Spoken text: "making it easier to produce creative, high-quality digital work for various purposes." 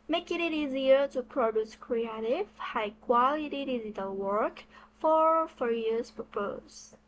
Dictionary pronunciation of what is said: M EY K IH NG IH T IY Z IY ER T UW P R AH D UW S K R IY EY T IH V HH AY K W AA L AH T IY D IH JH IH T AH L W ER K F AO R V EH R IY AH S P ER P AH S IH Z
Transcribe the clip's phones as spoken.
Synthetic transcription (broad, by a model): M EY K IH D IH T IY Z IY ER T UW P R AH D UW S K R IY EY T IH V HH AY K W AA L AH T IY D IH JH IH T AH L W ER K F AO R F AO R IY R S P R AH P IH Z